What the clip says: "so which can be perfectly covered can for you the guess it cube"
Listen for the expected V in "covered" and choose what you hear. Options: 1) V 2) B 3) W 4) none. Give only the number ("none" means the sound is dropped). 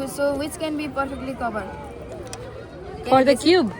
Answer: 2